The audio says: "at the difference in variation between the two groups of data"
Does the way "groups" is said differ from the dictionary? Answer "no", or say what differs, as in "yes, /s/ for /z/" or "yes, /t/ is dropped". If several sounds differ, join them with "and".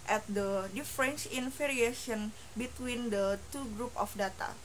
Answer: yes, /s/ is dropped